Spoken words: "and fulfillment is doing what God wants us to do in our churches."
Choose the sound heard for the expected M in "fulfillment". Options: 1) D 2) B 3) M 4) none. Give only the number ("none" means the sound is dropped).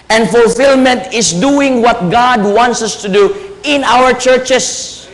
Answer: 3